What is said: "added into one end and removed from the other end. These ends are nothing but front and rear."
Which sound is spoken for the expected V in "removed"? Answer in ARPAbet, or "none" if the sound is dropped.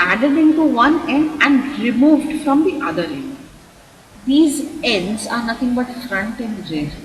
V